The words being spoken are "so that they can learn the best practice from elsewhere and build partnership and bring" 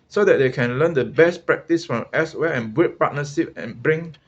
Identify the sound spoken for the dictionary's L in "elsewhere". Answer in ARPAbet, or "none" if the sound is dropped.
none